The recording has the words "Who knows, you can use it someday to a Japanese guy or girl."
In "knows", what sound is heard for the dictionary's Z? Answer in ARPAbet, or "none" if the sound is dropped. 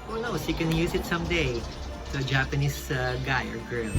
S